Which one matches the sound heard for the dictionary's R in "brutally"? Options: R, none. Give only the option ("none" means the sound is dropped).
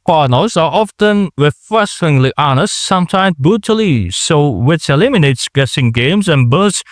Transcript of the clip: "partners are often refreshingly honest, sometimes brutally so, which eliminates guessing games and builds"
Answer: none